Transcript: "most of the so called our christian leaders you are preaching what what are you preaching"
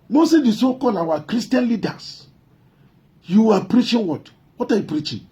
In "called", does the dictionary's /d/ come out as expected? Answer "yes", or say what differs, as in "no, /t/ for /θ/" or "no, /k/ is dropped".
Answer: no, /d/ is dropped